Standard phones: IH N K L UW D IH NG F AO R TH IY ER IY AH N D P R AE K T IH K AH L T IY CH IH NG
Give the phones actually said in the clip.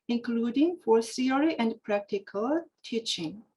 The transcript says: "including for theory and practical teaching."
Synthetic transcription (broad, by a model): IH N K L UW D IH NG F AO R S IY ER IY AH N D P R AE K T IH K AH L T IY CH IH NG